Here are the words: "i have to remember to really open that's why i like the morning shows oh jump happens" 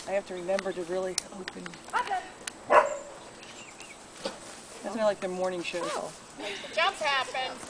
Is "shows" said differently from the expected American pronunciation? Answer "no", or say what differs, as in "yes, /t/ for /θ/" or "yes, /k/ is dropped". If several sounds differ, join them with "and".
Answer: yes, /z/ is dropped